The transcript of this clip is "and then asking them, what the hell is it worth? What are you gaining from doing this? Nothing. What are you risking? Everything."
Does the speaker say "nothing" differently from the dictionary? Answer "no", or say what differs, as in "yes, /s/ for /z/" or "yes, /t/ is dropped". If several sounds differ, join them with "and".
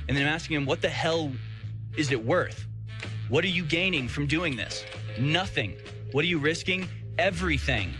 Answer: no